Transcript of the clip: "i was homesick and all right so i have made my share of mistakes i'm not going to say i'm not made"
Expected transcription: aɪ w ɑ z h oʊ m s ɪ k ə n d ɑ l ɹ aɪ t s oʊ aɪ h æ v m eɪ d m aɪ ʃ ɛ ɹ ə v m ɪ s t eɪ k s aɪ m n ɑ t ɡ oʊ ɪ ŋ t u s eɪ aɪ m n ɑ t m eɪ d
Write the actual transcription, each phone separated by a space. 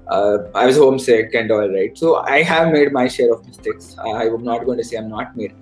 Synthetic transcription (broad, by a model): aɪ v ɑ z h oʊ m s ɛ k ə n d ɑ l ɹ aɪ t s oʊ aɪ h æ v m eɪ d m aɪ ʃ ɛ ɹ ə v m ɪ s t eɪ k s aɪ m n ɑ t ɡ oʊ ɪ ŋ t u s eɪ aɪ m n ɑ t m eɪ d